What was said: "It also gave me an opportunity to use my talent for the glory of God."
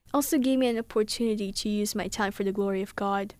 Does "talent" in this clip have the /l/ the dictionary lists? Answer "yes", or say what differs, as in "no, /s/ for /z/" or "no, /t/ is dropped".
no, /l/ is dropped